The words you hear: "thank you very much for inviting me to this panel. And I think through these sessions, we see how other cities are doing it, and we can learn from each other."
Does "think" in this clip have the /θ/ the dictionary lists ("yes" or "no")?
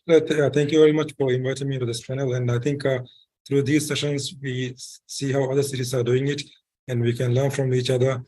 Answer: no